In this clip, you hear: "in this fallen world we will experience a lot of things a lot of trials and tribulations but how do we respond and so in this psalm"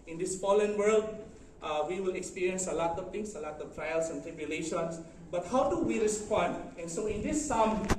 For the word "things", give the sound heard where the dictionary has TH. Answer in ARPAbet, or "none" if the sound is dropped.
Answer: T